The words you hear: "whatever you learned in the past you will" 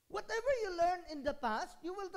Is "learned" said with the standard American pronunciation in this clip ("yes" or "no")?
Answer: no